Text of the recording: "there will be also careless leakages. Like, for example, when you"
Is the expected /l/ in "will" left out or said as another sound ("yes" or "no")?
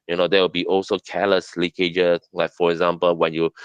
yes